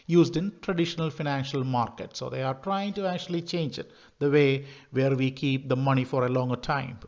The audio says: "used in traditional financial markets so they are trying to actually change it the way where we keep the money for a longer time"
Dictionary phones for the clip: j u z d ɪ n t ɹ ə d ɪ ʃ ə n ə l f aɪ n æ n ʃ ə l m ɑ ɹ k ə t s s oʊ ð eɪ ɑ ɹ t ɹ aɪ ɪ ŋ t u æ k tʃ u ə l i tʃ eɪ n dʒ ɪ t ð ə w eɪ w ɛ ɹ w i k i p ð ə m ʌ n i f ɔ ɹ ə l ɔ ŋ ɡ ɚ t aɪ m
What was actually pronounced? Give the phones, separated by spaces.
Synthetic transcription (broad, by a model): j u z d ɪ n t ɹ ə d ɪ ʃ ə n ə l f aɪ n æ n ʃ ə l m ɑ ɹ k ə t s s oʊ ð eɪ ɑ ɹ t ɹ aɪ ɪ ŋ t u æ k tʃ u ə l i tʃ eɪ n dʒ ɪ t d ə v eɪ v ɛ ɹ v i k i p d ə m ʌ n i f ɔ ɹ ə l ɔ ŋ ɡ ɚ t aɪ m